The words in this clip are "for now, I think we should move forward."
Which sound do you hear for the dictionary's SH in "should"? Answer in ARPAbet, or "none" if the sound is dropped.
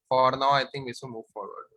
S